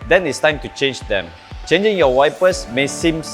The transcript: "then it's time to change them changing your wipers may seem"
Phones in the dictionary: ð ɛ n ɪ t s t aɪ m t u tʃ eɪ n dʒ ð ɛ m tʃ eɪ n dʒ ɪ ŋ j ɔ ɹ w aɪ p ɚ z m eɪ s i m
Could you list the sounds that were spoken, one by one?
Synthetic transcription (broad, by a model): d ɛ n ɪ t s t aɪ m t u tʃ eɪ n dʒ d ɛ m tʃ eɪ n dʒ ɪ ŋ j ɔ w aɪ p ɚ s m eɪ s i m